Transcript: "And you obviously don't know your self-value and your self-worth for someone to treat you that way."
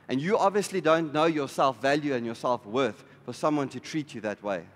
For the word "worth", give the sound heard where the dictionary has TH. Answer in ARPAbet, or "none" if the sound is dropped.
TH